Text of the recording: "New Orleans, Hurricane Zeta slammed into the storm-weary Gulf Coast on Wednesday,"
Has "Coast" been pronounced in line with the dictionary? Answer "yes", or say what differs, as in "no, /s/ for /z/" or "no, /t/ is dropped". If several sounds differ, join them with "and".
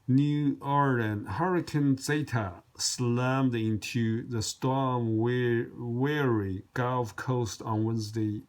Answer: yes